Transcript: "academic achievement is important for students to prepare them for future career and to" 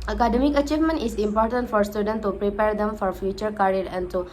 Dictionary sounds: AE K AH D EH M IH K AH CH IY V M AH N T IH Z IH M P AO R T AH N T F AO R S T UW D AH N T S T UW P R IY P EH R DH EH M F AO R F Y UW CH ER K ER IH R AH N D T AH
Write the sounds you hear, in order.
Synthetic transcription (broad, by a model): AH K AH D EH M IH K AH CH IY V M AH N T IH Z IH M P AO R T AH N T F AO R S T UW D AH N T T UW P R IY P EH R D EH M F AO R F Y UW CH ER K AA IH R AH N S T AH